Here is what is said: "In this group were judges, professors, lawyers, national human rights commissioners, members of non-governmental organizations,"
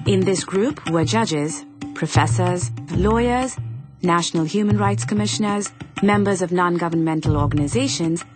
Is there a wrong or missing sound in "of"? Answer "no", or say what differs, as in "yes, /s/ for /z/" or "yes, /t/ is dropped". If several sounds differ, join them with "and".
no